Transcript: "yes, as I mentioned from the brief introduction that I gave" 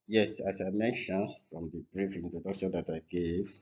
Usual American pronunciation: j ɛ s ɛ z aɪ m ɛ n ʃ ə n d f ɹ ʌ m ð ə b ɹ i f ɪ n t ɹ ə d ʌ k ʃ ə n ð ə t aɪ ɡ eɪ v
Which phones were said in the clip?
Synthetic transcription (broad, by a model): j ɛ s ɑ s aɪ m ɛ n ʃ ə n f ɹ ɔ m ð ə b ɹ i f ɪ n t ə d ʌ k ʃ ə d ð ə t aɪ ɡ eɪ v